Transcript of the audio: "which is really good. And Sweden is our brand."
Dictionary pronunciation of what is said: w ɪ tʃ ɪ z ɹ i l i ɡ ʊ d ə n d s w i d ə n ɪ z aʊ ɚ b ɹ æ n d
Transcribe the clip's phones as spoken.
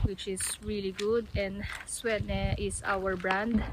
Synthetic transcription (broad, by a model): w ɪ tʃ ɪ s ɹ i l i ɡ ʊ d ə n d s w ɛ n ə ɪ s aʊ ɚ b ɹ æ n d